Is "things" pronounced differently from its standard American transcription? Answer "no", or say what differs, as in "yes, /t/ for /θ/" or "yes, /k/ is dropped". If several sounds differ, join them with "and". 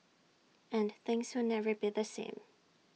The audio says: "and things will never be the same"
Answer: no